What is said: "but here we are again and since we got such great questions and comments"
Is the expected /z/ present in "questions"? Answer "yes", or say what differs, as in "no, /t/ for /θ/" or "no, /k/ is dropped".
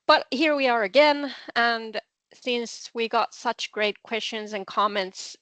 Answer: yes